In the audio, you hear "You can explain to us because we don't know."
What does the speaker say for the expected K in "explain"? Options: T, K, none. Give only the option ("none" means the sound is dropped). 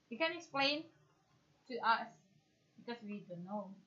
K